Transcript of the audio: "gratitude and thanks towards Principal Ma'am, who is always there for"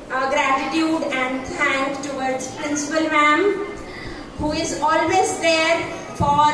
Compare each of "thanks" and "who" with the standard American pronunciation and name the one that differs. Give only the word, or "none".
thanks